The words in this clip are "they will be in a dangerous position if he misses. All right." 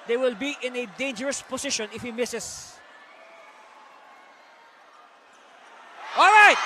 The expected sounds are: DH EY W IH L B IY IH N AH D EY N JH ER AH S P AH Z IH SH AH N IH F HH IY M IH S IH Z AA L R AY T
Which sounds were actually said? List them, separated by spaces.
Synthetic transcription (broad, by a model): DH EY W IH L B IY IH N AH D EY N JH ER AH S P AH S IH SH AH N IH F HH IY M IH S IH S AA L R AY T